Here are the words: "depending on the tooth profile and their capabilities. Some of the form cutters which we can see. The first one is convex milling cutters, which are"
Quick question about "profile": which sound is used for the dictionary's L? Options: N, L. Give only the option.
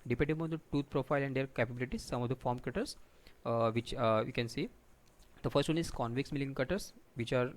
L